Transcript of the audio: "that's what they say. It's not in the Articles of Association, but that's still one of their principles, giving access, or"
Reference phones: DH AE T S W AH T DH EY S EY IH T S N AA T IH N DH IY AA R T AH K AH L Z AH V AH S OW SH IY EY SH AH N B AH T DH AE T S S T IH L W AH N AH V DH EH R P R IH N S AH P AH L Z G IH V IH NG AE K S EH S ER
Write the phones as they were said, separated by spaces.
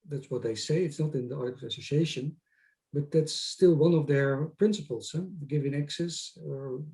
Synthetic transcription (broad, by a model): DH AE T S W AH T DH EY S EY IH T S N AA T IH N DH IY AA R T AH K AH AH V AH S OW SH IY EY SH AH N B AH T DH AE T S S T IH L W AH N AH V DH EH R P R IH N S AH P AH L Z G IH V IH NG AE K S EH S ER